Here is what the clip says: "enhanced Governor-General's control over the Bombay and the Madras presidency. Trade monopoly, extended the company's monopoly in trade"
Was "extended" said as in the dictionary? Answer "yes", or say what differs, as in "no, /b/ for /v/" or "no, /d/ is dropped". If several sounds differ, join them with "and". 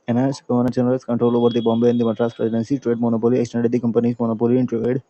yes